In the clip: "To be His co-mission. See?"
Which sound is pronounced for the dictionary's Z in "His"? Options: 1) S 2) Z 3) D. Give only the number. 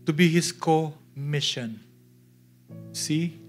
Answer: 1